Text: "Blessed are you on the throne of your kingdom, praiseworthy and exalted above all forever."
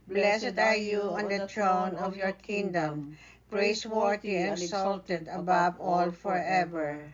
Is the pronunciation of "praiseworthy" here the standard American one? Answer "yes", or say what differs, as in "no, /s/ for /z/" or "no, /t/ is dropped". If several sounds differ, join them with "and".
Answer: no, /s/ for /z/